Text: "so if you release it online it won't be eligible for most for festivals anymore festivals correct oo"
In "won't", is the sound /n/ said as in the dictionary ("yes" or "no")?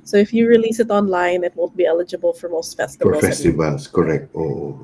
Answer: no